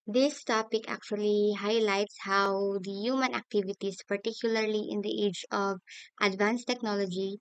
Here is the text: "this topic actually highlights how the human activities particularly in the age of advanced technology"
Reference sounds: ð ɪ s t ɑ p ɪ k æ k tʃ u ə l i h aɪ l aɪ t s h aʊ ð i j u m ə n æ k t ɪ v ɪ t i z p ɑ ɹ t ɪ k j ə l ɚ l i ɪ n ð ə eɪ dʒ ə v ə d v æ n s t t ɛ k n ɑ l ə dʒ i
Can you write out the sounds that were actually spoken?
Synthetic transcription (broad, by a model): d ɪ s t ɑ p ɪ k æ k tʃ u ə l i h aɪ l aɪ t s h aʊ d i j u m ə n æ k t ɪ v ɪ t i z p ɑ ɹ t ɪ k j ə l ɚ l i ɪ n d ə eɪ dʒ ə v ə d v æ n s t t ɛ k n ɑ l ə dʒ i